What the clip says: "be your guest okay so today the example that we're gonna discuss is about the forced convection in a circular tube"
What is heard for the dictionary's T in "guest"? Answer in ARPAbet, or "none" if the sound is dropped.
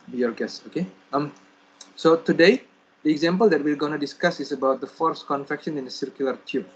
none